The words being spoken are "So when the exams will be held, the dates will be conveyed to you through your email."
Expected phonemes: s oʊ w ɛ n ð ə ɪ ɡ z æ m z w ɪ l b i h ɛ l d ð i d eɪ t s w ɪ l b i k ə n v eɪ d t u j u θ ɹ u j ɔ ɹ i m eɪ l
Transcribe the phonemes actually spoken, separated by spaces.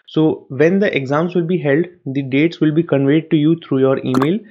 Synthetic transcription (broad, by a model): s oʊ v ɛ n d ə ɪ ɡ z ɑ m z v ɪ l b i h ɛ l d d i d eɪ t s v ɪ l b i k ə n v eɪ d t u j u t ɹ u j ɔ ɹ i m eɪ l